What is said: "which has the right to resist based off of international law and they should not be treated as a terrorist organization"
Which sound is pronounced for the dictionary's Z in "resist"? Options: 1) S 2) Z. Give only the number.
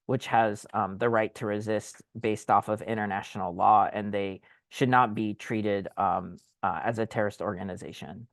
2